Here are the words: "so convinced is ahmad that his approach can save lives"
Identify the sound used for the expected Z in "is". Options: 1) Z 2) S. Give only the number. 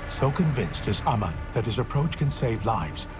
1